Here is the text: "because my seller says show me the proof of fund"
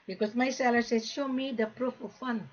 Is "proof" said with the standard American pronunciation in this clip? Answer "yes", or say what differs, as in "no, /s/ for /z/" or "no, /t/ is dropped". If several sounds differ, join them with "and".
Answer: yes